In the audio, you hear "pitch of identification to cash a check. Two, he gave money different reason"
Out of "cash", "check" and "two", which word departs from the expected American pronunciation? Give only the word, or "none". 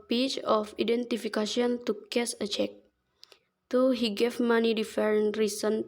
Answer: cash